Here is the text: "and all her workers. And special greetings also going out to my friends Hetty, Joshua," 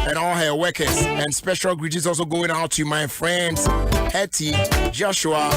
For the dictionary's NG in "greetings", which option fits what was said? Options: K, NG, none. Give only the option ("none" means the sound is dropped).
none